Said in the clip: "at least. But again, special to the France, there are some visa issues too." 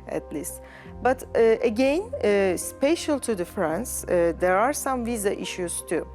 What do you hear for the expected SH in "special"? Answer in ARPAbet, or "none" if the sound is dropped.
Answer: SH